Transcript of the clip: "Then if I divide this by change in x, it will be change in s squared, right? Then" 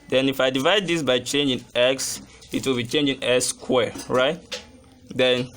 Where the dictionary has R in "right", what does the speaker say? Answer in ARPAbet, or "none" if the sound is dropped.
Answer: R